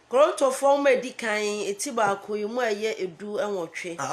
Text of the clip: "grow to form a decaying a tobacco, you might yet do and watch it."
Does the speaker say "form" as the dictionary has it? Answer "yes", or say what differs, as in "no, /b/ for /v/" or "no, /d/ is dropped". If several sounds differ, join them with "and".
no, /w/ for /ɹ/